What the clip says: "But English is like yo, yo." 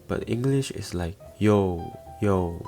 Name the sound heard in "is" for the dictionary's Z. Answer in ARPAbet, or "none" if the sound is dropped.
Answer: S